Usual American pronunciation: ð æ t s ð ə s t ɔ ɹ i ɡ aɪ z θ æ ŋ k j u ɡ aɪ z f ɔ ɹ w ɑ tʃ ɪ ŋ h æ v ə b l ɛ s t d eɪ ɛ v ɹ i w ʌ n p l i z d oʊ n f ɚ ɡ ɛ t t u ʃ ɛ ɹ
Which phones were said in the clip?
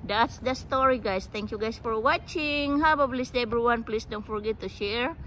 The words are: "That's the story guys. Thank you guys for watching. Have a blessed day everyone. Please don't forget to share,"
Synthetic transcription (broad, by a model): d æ t s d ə s t ɔ ɹ i ɡ aɪ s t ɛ ŋ k j u ɡ aɪ s f ɔ ɹ w ɑ tʃ ɪ ŋ h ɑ b ə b l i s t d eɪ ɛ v ɹ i w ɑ n p l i s d oʊ n f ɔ ɡ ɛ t t u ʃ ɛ ɹ